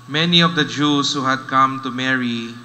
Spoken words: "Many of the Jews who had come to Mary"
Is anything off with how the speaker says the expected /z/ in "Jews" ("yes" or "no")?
yes